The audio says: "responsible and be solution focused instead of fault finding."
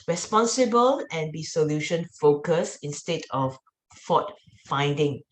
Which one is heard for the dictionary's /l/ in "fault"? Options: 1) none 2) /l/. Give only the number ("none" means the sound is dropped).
1